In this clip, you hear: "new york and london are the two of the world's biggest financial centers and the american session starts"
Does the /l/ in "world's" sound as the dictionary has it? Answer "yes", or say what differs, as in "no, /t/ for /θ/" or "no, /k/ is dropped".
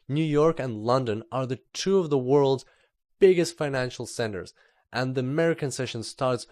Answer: yes